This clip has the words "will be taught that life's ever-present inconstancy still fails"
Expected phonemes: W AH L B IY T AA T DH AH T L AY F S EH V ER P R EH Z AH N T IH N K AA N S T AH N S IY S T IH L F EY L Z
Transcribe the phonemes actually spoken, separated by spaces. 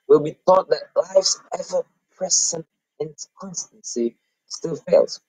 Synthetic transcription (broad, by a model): W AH L B IY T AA T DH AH T L AY F S EH V ER P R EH S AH N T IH N K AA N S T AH N S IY S T IH L F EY L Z